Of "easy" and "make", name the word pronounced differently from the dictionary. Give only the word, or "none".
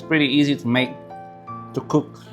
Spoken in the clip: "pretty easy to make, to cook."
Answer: none